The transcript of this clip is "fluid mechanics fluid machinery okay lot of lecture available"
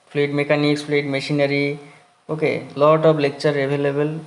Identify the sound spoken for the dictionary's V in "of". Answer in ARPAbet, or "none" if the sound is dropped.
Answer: B